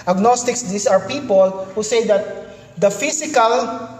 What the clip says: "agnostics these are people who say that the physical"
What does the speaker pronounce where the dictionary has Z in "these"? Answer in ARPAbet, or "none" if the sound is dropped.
S